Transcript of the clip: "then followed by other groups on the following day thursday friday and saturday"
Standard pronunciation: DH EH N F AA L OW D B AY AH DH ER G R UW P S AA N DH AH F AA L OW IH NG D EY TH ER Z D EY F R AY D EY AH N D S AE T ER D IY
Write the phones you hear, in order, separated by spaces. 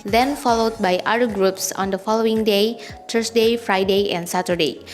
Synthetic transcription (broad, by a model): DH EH N F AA L OW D B AY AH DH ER G R UW P S AA N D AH F AA L OW IH NG D EY T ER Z D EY F R AY D EY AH N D S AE T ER D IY